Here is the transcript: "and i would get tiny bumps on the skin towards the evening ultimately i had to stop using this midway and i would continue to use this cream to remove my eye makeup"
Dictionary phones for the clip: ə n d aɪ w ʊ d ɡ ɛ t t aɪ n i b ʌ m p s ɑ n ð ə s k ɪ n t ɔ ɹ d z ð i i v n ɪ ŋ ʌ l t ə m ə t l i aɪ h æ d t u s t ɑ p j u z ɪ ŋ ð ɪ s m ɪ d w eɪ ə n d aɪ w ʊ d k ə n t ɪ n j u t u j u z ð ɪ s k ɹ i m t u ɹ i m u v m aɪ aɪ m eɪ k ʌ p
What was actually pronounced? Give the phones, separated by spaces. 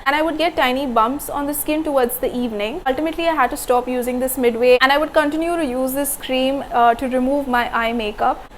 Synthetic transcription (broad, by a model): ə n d aɪ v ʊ d ɡ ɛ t t aɪ n i b ʌ m p s ɑ n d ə s k ɪ n t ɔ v d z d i i v n ɪ ŋ ʌ l t ə m ə t l i aɪ h æ d t u s t ɑ p j u z ɪ ŋ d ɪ s m ɪ d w eɪ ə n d aɪ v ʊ d k ə n t ɪ n j u t u j u z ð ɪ s k ɹ i m t u ɹ i m u v m aɪ aɪ m eɪ k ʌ p